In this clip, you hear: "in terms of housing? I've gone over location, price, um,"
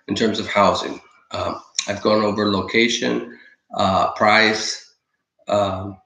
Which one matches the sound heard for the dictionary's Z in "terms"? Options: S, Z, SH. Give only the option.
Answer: Z